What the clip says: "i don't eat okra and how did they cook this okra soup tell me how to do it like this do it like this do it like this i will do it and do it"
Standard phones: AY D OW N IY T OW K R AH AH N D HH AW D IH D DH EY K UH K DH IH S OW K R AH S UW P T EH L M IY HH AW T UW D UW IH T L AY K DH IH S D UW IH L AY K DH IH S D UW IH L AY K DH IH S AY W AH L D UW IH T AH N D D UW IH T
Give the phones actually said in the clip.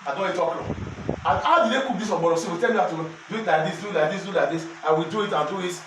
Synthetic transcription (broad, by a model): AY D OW L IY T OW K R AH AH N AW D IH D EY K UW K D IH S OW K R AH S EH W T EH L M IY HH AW T UW D UW IH T L AY K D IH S D UW L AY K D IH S D UW L AY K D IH S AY W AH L D UW IH T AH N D D UW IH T